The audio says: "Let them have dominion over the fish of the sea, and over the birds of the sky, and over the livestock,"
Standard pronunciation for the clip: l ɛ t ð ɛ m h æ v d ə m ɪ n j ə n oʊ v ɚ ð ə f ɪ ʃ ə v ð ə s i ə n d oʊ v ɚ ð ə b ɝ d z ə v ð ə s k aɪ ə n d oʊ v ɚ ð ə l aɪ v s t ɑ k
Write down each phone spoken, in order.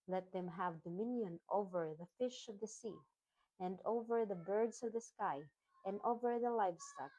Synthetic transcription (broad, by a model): l ɛ t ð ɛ m h æ v d ə m ɪ n j ə n oʊ v ɚ ð ə f ɪ ʃ ə v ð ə s i ə n d oʊ v ɚ ð ə b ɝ d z ə v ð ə s k aɪ ə n d oʊ v ɚ ð ə l aɪ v s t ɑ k